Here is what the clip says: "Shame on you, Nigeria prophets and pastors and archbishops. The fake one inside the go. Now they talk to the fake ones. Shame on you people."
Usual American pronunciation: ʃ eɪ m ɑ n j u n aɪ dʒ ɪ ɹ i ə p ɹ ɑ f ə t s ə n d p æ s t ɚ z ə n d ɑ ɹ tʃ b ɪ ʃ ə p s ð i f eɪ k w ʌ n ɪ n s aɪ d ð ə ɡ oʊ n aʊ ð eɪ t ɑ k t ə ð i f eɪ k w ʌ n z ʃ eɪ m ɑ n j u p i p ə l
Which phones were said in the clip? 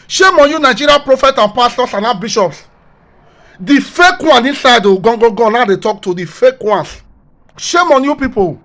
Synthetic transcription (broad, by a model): ʃ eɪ m ɑ n j u n aɪ dʒ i ɹ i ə p ɹ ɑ f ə t ə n p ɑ s t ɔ s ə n ɑ b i ʃ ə p s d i f eɪ k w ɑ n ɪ n s aɪ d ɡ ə ɡ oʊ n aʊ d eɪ t ɑ k t ə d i f eɪ k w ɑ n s ʃ eɪ m ɑ n j u p i p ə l